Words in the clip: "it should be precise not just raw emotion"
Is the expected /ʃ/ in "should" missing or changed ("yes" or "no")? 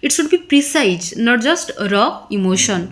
yes